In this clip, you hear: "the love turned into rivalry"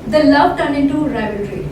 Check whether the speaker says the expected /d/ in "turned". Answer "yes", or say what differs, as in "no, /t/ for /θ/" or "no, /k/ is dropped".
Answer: no, /d/ is dropped